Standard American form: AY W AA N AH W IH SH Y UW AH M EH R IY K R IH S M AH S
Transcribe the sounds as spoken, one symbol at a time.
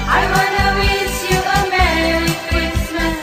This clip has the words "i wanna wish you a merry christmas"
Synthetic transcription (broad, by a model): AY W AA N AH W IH S Y UW AH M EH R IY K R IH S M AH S